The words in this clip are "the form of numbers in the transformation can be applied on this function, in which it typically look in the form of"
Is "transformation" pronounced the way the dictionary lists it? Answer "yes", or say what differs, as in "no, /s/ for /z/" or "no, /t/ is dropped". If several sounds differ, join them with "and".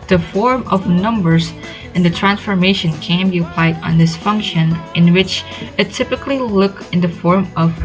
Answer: yes